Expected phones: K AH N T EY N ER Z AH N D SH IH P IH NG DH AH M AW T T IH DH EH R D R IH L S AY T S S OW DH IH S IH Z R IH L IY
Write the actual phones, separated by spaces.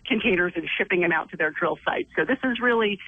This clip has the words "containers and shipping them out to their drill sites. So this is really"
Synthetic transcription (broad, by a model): K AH N T EY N ER Z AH N SH IH P IH NG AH M AW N T IH DH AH R D R IH L S AY T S S OW DH IH S IH Z R IH L IY